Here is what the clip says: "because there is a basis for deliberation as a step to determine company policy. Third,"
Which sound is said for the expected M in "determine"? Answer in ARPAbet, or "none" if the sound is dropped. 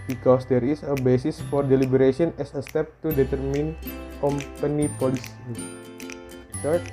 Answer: M